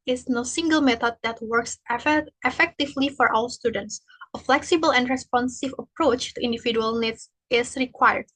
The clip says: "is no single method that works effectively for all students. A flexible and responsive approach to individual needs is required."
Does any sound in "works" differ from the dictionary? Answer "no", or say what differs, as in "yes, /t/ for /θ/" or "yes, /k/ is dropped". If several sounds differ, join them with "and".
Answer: no